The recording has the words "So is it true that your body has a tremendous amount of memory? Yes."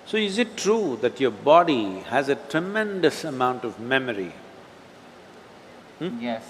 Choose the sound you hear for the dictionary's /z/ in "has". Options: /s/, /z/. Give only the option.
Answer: /z/